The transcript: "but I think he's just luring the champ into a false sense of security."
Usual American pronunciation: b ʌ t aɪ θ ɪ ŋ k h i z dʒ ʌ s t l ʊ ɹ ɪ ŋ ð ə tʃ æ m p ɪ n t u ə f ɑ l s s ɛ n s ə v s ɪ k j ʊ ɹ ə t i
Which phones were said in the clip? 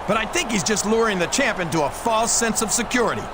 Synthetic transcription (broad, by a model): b ʌ t aɪ θ ɪ ŋ k h i z dʒ ʌ s t l ʊ ɹ ɪ ŋ ð ə tʃ æ m p ɪ n t u ə f ɑ l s s ɛ n s ə v s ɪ k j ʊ ɹ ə t i